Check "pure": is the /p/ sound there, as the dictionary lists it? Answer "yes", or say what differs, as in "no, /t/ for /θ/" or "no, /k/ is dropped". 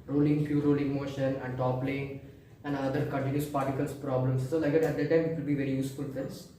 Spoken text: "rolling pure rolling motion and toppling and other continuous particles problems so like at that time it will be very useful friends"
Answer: no, /f/ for /p/